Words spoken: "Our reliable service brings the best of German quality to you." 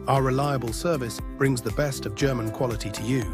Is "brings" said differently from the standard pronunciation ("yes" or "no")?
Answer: no